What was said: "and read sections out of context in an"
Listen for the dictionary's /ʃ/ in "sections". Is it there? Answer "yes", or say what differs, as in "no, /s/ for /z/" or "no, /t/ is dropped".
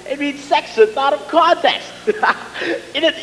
no, /s/ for /ʃ/